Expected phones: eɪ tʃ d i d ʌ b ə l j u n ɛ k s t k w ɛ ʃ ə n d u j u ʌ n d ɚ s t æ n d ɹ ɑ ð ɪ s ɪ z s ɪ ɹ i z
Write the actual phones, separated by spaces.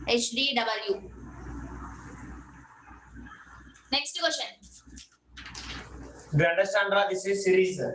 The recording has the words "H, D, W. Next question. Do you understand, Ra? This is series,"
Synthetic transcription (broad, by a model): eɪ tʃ d i d ʌ b ə l j u n ɛ k s t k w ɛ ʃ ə n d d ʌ n d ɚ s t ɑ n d ɹ ɑ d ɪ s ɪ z s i ɹ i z